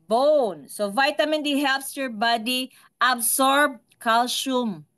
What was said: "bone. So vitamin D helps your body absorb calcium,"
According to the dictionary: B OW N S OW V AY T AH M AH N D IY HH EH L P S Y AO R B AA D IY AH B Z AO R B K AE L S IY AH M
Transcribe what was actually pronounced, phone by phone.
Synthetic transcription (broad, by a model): B OW N S OW V AY T AH M AH N D IY HH EH L P S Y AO R B AA D IY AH B S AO R B K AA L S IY M